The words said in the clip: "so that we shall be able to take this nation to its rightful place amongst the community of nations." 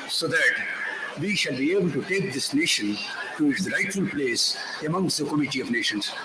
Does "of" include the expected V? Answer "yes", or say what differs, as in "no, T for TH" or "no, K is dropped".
yes